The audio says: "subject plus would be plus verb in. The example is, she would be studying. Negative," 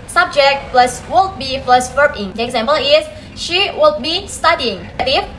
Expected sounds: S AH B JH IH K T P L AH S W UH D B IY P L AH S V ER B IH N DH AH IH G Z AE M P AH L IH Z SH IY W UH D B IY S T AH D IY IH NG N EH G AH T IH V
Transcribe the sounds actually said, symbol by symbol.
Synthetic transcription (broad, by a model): S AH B JH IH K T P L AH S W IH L B IY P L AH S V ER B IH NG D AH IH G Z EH M P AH L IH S SH IY W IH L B IY S T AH D IY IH NG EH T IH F